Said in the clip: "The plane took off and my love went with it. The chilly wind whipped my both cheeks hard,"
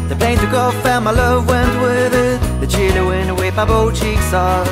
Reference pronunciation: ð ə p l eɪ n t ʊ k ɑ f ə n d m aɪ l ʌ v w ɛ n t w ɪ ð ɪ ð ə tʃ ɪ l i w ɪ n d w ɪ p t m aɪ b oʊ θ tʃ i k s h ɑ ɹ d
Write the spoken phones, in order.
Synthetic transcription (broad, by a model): ð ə p l eɪ n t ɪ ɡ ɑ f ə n m aɪ l ʌ v w ɛ n t w ɪ ð ɪ ð ə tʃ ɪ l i w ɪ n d w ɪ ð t m aɪ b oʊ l tʃ i k s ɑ